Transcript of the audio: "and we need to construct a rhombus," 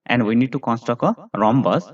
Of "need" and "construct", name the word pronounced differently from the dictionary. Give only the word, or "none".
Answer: construct